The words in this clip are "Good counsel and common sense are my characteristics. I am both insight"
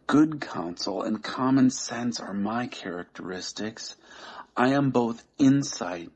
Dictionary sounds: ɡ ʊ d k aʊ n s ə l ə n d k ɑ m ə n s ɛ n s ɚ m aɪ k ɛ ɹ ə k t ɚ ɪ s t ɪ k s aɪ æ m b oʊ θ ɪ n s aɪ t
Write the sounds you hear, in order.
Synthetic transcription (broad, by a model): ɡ ʊ d k aʊ n s l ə n k ɑ m ə n s ɛ n s ɚ m aɪ k ɛ ɹ ə k t ɚ ɪ s t ɪ k s aɪ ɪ m b oʊ θ ɪ n s aɪ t